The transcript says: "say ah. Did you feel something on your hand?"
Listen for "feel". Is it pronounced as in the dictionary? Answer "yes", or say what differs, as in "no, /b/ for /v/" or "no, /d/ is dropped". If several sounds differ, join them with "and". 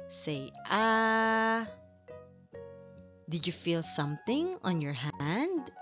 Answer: yes